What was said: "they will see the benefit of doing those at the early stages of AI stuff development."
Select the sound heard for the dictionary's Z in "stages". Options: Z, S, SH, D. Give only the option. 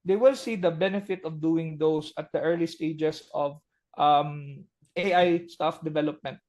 S